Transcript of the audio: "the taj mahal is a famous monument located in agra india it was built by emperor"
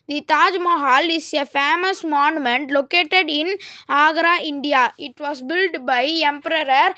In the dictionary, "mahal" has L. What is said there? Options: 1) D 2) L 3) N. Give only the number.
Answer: 2